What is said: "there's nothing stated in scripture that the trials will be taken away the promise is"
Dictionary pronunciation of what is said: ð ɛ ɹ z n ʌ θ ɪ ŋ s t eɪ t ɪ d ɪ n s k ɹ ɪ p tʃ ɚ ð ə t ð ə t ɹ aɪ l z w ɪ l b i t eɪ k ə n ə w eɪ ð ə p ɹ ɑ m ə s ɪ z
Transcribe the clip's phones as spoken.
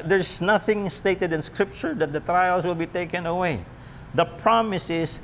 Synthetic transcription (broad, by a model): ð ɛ ɹ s n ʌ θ ɪ ŋ s t eɪ t ɪ d ɪ n s k ɹ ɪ p tʃ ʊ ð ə t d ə t ɹ aɪ l s w ɪ l b i t eɪ k ə n ə w eɪ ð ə p ɹ ɑ m ə s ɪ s